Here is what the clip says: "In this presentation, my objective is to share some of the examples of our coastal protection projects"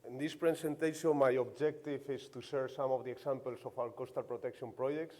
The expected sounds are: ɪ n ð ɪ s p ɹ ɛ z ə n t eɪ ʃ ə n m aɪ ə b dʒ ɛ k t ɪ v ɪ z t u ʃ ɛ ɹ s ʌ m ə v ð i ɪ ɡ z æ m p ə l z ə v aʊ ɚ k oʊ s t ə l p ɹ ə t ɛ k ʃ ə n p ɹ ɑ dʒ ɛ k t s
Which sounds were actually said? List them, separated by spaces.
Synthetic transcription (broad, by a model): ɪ n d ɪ s p ɹ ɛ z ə n t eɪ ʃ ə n m aɪ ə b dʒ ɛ k t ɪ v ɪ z t u s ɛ ɹ s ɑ m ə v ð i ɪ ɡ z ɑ m p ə l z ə f aʊ ɚ k oʊ s t ə l p ɹ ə t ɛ k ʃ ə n p ɹ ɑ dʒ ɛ k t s